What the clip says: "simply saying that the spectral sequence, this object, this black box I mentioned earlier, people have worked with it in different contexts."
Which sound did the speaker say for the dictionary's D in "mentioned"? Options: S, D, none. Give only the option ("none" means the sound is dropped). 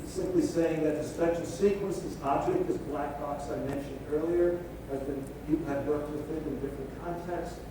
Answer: D